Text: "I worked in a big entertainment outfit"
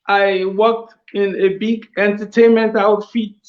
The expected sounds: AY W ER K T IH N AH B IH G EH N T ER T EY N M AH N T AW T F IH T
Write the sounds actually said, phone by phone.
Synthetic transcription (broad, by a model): AY W ER K T IH N AH B IH G EH N T ER T EY N M AH N T AW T F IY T